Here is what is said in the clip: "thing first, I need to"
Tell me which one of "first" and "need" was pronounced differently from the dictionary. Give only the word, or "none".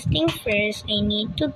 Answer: first